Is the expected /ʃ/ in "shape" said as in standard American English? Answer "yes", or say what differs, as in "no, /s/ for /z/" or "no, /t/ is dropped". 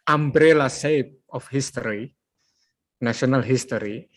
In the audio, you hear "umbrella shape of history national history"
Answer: no, /s/ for /ʃ/